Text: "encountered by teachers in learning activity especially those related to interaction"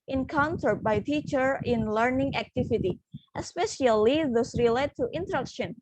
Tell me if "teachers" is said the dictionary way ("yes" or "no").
no